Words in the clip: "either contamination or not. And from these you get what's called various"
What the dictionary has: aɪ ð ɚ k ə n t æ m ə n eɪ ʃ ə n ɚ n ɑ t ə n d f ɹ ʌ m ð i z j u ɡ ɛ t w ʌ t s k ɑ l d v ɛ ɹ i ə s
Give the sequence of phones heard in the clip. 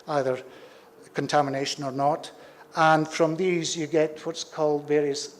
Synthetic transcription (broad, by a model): aɪ ð ɚ k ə n t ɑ m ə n eɪ ʃ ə n ɚ n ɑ t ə n f ɹ ʌ m ð i z j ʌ ɡ ɛ t w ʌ t s k ɑ l d v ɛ ɹ i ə s